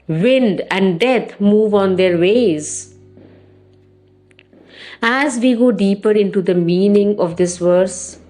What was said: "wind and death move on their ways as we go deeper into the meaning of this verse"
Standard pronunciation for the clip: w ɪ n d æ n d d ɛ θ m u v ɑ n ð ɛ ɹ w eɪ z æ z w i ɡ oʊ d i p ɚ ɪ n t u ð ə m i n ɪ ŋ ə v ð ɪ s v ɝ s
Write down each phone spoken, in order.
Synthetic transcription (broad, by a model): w ɪ n d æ n d d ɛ t m u v ɑ n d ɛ ɹ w eɪ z æ z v i ɡ oʊ d i p ɚ ɪ n t u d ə m i n ɪ ŋ ə v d ɪ s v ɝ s